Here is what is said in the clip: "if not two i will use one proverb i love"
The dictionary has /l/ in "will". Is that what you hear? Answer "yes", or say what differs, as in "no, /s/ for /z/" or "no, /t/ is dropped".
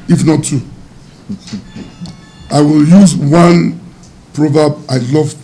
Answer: yes